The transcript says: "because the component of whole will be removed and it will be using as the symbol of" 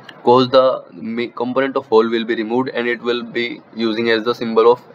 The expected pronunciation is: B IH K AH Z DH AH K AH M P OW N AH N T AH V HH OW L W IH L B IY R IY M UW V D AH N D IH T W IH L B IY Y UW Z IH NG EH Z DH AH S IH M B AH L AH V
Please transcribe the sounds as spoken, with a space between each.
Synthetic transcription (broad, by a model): K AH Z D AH K AH M P OW N AH N T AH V HH OW L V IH L B IY R IY M UW V D AH N D IH T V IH L B IY Y UW Z IH NG EH Z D AH S IH M B AH L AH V